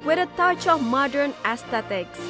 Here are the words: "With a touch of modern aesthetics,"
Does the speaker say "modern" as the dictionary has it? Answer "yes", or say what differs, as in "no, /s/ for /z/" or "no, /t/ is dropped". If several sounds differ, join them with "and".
yes